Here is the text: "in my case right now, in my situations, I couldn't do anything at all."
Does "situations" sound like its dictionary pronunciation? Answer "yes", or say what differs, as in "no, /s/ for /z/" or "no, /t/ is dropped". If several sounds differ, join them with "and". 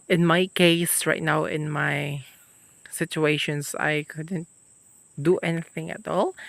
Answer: no, /s/ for /z/